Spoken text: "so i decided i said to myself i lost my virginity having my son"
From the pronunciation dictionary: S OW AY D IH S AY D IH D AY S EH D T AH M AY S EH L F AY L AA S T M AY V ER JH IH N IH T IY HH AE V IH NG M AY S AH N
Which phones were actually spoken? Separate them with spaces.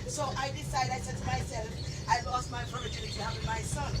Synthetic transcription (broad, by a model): S OW AY D IH S AY D IH D AY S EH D T AH M AY S EH L F AY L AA S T M AY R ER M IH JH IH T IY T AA W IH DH M AY S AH N